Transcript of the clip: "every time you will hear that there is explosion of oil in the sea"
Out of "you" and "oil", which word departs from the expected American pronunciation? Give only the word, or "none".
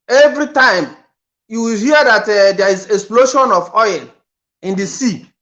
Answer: oil